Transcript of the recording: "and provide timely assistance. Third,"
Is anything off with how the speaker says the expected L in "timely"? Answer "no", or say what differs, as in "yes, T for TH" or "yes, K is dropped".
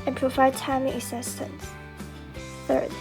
yes, L is dropped